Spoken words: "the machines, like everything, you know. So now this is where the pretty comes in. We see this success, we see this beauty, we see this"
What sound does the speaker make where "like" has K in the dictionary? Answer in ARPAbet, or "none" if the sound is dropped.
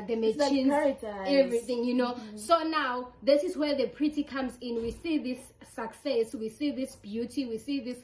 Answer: none